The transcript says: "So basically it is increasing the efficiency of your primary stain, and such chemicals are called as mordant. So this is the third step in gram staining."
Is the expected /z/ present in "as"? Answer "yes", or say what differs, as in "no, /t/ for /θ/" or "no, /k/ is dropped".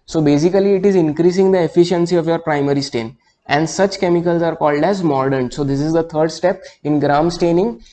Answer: yes